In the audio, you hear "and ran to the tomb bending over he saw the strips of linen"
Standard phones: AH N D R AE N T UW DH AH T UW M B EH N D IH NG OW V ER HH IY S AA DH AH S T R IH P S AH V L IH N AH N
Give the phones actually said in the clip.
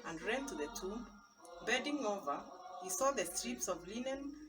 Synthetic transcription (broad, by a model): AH N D R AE N T UW DH AH T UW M B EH D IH NG OW V ER HH IY S AA DH AH S T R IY P S AH V L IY N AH N